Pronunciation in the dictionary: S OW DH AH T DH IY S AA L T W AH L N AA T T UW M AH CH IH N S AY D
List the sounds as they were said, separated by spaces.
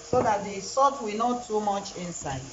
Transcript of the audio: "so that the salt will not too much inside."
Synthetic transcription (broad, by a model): S OW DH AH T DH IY S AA T W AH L N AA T T UW M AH CH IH N S AY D